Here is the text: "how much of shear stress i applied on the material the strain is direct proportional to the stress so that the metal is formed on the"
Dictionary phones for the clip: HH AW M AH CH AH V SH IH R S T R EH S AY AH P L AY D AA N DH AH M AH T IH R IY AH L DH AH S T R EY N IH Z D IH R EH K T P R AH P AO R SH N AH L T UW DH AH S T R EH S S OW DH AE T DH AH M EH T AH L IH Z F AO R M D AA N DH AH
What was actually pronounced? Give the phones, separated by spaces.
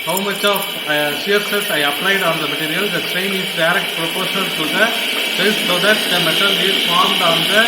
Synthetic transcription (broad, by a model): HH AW M AH CH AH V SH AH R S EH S AY AH P L AY D AA N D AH M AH T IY R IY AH L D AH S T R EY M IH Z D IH R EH K T P R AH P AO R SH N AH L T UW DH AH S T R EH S S OW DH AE T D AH M EH T AH L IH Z F AO R M D AA N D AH